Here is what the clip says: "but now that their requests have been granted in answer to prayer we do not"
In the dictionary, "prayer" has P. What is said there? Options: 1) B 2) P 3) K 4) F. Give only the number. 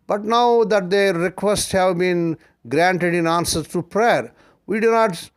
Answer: 2